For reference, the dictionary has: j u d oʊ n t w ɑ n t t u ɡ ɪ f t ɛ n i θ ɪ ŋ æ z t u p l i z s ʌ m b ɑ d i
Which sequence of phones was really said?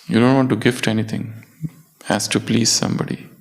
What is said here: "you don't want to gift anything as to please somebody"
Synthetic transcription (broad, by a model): j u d oʊ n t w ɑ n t t u ɡ ɪ f t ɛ n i t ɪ ŋ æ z t u p l i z s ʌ m b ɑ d i